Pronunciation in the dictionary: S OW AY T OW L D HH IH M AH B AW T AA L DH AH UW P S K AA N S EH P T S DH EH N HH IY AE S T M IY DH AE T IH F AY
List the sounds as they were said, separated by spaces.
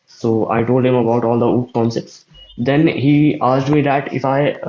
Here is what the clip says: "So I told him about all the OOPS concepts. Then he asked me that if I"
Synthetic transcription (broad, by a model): S OW AY T OW L D HH IH M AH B AW T AA L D AH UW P K AA N S EH P T S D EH N HH IY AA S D M IY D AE T IH F AY